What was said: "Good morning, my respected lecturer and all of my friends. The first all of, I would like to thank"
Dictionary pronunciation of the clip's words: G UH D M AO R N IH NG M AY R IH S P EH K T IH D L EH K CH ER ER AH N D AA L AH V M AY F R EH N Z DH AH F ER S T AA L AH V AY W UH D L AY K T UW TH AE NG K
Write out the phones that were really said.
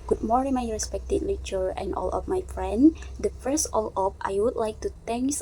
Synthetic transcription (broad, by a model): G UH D M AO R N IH M AY R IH S P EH K T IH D L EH CH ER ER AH N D AA L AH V M AY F R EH N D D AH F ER S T AA L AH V AY W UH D L AY K T UW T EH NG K